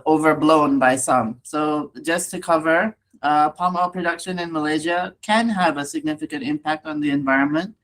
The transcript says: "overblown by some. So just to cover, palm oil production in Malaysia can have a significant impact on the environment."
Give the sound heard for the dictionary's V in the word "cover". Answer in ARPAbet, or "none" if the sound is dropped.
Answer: V